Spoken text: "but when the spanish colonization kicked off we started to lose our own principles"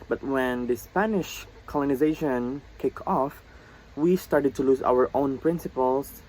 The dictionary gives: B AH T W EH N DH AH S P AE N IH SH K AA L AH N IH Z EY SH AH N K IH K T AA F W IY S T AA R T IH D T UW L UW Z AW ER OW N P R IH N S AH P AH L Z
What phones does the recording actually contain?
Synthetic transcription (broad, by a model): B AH T W EH N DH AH S P AE N IH SH K AA L AH N IH Z EY SH AH N K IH K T AA F W IY S T AA R T IH D T UW L UW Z AW ER OW N P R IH N S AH P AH L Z